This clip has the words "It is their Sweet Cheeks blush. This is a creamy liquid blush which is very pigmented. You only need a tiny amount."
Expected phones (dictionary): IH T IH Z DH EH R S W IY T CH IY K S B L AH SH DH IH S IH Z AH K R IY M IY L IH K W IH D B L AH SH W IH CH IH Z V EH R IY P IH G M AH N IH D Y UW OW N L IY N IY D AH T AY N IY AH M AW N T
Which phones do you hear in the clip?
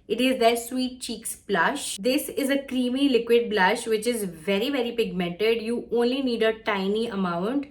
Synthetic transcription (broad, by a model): IH T IH Z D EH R S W IY T CH IY K S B L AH SH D IH S IH Z AH K R IY M IY L IH K W IH D B L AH SH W IH CH IH Z V EH R IY P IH G M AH N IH D Y UW OW N L IY N IY D AH T AY N IY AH M AW N T